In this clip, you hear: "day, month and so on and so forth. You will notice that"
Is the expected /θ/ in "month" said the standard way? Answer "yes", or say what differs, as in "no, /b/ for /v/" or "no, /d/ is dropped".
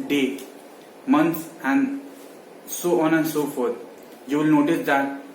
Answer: no, /s/ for /θ/